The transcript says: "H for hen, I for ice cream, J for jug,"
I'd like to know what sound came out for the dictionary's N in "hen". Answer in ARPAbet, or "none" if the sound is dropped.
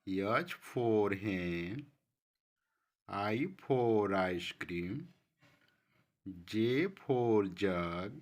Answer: none